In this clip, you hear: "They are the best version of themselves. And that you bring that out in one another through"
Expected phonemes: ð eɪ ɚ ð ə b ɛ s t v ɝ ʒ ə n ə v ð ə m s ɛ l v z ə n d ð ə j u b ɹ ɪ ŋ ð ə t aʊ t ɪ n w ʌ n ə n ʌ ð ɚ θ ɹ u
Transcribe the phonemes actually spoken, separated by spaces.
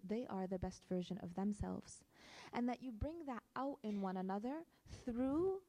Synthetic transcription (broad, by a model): ð eɪ ɚ ð ə b ɛ s t v ɝ ʒ ə n ə v ð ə m s ɛ l v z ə n ð ə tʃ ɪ b ɹ ɪ ŋ ð ə t aʊ t ɪ n w ʌ n ə n ʌ ð ɚ θ ɹ u